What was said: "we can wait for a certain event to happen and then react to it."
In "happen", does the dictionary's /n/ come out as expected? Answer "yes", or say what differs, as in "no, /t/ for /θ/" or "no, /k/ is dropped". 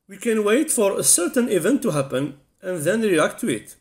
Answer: yes